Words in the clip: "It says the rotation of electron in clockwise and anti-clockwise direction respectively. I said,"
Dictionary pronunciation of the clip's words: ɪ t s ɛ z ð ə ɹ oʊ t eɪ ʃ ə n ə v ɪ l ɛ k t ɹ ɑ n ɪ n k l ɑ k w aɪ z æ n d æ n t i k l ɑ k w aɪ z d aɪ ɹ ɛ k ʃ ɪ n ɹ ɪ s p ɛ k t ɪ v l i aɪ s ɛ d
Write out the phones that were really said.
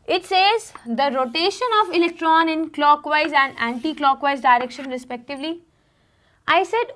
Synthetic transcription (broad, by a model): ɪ t s ɛ z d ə ɹ oʊ t eɪ ʃ ə n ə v ɪ l ɛ k t ɹ ɑ n ɪ n k l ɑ k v aɪ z æ n d æ n t i k l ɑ k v aɪ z d aɪ ɹ ɛ k ʃ ɪ n ɹ ɪ s p ɛ k t ɪ v l i aɪ s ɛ d